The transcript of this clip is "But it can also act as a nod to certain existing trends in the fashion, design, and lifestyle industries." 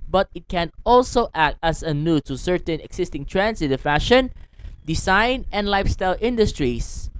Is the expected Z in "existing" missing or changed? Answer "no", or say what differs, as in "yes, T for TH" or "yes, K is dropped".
yes, S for Z